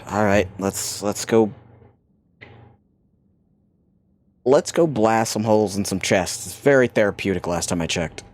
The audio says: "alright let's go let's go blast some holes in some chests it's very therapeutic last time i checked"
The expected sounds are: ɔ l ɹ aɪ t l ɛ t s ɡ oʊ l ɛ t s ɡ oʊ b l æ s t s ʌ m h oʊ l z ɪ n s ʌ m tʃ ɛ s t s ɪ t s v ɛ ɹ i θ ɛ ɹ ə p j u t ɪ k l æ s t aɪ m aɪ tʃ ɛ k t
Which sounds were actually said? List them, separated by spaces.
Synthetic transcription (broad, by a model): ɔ l ɹ aɪ t l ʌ t s ɡ oʊ l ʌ t s ɡ oʊ b l æ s s ʌ m h oʊ l z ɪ n s ʌ m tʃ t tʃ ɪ s v ɛ ɹ i θ ɛ ɹ ə p j u t ɪ k l æ s t aɪ m aɪ tʃ ɛ k t